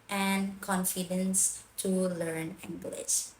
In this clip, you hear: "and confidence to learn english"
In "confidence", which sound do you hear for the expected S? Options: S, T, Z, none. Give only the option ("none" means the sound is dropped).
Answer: S